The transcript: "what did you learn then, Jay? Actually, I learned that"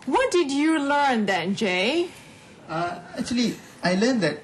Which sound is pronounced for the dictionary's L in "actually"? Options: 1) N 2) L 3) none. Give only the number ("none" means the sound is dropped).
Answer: 2